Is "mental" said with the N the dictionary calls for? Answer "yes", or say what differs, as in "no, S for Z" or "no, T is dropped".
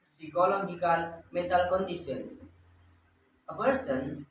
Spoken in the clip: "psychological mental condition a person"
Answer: no, N is dropped